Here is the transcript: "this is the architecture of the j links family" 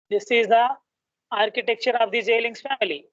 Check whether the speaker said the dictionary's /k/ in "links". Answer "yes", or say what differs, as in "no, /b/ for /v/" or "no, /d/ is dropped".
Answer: no, /k/ is dropped